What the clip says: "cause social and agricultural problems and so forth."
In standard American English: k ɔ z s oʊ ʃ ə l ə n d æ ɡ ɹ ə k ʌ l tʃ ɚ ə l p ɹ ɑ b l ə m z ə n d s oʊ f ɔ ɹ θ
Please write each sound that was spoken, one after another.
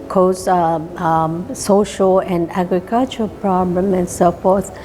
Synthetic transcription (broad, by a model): k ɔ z s oʊ ʃ ə l ə n d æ ɡ ɹ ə k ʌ l tʃ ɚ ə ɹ p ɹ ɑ b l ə m ə n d s oʊ f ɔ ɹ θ